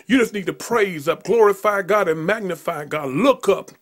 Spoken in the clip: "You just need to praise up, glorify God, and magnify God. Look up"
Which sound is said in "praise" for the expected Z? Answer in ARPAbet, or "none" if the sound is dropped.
Z